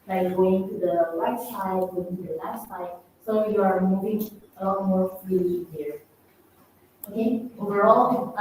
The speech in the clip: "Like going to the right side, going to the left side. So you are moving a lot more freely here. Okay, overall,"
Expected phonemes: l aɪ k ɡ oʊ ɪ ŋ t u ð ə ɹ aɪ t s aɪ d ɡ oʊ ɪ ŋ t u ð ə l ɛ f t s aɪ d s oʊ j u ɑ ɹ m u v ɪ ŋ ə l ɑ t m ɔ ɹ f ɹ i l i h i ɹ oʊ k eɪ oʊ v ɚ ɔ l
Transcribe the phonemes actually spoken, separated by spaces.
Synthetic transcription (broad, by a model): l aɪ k ɡ oʊ ɪ ŋ t u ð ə l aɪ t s aɪ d ɡ oʊ ɪ ŋ t u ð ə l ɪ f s aɪ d s oʊ j u ɑ ɹ m u v ɪ ŋ ə l ɑ t m ɔ ɹ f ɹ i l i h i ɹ oʊ k eɪ oʊ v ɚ ɔ l